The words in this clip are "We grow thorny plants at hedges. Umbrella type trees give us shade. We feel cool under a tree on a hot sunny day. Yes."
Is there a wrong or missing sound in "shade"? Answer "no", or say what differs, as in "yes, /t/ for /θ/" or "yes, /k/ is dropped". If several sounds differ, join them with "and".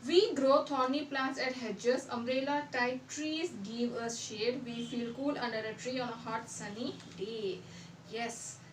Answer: no